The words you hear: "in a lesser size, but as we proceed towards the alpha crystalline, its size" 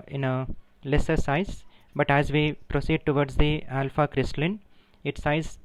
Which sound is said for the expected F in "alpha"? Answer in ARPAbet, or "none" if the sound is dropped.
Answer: F